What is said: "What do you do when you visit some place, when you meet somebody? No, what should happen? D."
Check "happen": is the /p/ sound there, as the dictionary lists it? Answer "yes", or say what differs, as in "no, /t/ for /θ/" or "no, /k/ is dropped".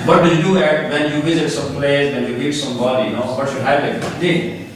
no, /p/ is dropped